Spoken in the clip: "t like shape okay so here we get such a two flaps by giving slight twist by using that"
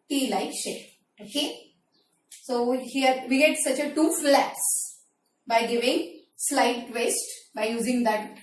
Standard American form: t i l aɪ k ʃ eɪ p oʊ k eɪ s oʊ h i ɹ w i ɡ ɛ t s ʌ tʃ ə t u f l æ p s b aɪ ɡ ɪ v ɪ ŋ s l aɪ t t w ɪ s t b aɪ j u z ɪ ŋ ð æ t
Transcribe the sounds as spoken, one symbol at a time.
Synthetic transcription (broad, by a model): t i l aɪ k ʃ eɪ oʊ k eɪ s oʊ h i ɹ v i ɡ ɛ t s ʌ tʃ ə t u f l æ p s b aɪ ɡ ɪ v ɪ ŋ s l aɪ t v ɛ s t b aɪ j u z ɪ ŋ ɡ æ t